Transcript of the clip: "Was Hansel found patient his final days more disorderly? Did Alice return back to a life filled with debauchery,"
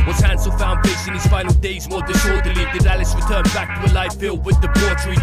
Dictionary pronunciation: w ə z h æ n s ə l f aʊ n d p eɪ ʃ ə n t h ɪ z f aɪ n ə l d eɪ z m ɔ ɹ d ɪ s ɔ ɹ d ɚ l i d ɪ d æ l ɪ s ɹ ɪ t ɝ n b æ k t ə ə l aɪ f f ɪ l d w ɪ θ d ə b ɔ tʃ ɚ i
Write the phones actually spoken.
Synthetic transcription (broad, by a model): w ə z h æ n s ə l f aʊ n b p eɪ s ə n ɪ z f aɪ n l d eɪ z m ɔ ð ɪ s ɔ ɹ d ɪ l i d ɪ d æ l ɪ s ɹ ɪ t ɝ n b æ k t ə ə l aɪ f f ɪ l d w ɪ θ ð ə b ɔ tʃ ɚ